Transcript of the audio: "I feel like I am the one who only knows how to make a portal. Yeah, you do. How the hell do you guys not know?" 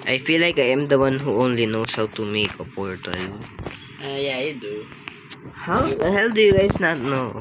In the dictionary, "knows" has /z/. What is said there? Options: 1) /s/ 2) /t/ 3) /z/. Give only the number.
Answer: 1